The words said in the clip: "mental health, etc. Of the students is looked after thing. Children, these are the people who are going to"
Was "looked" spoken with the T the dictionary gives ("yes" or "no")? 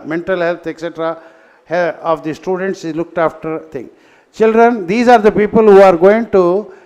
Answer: yes